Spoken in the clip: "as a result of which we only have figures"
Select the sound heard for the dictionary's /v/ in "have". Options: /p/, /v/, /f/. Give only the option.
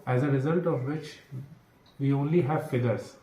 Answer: /v/